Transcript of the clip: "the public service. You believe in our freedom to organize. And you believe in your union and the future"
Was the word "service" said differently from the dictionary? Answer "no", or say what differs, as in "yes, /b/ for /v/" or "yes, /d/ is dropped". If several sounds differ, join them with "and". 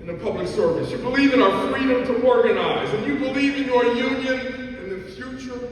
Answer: no